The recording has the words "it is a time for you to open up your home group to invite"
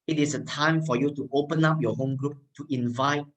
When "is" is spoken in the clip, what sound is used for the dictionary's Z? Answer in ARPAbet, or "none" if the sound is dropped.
S